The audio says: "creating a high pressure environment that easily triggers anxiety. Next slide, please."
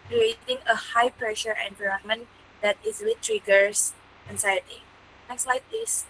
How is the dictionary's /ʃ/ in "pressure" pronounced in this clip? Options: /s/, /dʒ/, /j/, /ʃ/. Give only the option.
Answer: /ʃ/